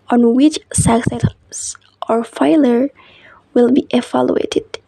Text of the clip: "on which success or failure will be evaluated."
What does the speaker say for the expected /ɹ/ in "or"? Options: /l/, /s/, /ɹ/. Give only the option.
/ɹ/